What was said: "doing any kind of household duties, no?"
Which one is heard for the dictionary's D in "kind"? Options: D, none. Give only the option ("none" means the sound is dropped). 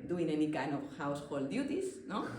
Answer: none